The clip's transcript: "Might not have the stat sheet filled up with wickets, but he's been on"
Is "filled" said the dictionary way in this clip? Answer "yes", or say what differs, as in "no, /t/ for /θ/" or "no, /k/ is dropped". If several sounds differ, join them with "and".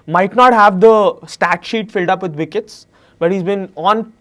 yes